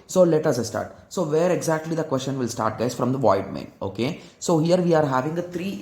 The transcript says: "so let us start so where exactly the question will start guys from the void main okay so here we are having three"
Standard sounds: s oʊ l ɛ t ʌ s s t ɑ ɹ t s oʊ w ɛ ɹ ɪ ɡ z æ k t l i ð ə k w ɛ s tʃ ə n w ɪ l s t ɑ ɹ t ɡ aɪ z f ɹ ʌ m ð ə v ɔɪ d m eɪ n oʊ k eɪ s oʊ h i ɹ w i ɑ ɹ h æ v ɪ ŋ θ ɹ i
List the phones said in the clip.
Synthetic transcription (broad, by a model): s oʊ l ɛ t ʌ s s t ɑ ɹ t s oʊ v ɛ ɹ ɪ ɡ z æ k t l i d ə k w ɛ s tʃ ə n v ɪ l s t ɑ ɹ t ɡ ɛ s f ɹ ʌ m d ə v ɔɪ d m eɪ n oʊ k eɪ s oʊ h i ɹ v i ɑ ɹ h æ v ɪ ŋ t ɹ i